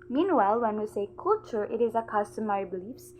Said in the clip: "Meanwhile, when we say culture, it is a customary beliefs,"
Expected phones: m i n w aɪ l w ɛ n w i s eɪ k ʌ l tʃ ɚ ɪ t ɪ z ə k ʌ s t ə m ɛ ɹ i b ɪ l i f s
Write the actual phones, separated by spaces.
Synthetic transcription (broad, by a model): m i n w aɪ l w ɛ n w i s eɪ k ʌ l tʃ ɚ ɪ t ɪ z ə k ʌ s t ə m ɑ i b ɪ l i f s